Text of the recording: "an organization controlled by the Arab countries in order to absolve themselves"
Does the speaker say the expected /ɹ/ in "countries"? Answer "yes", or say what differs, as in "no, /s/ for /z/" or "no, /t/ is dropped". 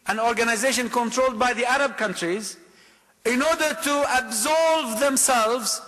yes